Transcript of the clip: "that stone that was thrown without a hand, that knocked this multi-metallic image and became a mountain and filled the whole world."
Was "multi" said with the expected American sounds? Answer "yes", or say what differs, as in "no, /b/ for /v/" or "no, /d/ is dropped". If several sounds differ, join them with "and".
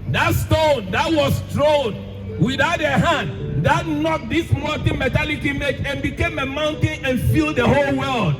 no, /l/ is dropped